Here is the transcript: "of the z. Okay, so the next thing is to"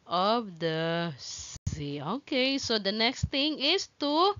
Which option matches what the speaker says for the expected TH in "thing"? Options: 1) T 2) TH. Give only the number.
1